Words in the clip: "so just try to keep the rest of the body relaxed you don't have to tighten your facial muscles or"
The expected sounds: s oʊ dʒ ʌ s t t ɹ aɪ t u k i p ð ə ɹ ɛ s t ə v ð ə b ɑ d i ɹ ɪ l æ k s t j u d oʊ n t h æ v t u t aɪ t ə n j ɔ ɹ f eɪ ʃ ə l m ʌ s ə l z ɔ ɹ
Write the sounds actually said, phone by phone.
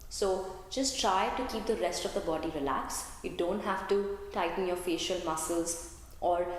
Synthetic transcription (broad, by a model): s oʊ dʒ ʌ s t t ɹ aɪ t u k i p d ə ɹ ɛ s t ə v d ə b ɑ d i ɹ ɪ l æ k s j u d oʊ n t h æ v t u t aɪ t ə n j ɔ ɹ f eɪ ʃ ə l m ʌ s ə l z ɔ ɹ